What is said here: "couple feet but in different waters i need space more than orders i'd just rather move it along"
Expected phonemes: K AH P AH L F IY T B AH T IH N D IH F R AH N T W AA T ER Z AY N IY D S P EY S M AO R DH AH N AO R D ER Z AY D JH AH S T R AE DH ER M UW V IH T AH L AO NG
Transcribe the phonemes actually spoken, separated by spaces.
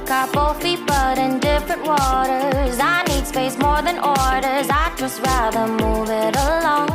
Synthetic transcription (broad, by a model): K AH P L F IY T B AH T IH N D IH F R AH N T W AA T ER Z AY N IY D S P EY S M AO R DH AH N AO R D ER Z AY JH AH S T R AE DH ER M UW V IH T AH L AO NG